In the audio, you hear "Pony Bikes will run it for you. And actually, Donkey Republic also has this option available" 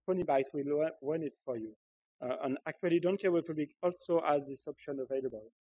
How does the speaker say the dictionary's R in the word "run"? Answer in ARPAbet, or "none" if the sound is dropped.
W